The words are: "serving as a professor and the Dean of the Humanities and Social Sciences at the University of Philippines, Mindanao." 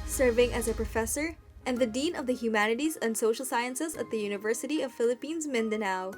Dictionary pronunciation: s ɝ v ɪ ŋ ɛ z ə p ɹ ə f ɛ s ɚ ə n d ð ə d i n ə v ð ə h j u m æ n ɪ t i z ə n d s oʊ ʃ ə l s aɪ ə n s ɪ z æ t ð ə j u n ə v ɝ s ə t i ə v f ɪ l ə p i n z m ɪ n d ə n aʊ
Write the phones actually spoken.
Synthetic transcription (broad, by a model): s ɝ v ɪ ŋ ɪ z ə p ɹ ə f ɛ s ɚ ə n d ð ə d i n ə v ð ə h j u m æ n ɪ t i z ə n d s oʊ ʃ l s aɪ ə n s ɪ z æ t ð ə j u n ə v ɝ s ə t i ə v f ɪ l ə p i n z m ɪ n d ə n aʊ